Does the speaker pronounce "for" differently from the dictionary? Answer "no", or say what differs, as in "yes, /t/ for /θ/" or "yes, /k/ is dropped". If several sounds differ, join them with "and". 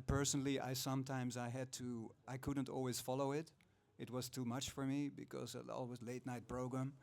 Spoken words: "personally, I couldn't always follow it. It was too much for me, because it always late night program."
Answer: no